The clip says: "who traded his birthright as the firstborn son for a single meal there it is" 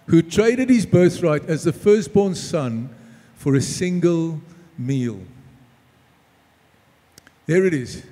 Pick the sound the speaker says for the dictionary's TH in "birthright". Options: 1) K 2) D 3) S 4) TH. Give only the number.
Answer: 4